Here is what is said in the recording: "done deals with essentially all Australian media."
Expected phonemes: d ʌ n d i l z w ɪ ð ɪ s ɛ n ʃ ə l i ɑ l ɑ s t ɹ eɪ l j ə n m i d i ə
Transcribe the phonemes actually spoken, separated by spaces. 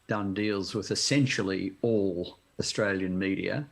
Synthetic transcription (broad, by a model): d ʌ n d i l z w ɪ ð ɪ s ɛ n ʃ l i ɑ l ɑ s t ɹ eɪ l j ə n m i d i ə